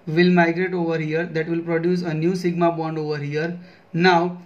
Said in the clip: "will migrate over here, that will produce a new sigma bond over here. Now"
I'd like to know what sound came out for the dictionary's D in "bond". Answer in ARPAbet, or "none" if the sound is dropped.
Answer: D